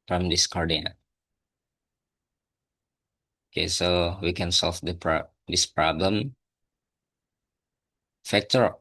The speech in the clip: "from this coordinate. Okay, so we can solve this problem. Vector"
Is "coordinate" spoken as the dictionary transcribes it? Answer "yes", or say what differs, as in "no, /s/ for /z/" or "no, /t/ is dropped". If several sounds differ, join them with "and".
no, /t/ is dropped